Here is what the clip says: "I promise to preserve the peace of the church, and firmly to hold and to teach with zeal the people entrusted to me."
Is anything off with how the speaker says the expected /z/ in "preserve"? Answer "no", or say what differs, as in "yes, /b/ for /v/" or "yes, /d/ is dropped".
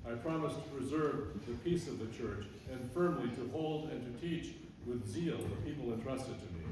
no